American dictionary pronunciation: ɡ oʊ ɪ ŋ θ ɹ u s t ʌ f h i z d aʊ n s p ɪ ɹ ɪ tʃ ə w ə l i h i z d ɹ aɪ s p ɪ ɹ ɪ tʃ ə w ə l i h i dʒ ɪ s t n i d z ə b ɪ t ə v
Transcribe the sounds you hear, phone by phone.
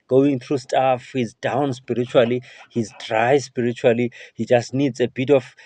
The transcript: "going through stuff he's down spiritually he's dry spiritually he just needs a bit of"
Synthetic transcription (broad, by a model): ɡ oʊ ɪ ŋ θ ɹ u s t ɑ f h i z d aʊ n s p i ɹ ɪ tʃ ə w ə l i h i z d ɹ aɪ s p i ɹ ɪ tʃ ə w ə l i h i dʒ ɪ s t n i d z ə b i t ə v